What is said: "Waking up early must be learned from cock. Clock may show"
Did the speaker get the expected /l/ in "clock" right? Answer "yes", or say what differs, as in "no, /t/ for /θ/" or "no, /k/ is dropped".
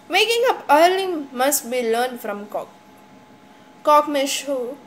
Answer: no, /l/ is dropped